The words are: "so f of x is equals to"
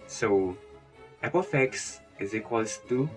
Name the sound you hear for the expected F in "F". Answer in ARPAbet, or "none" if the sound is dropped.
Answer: P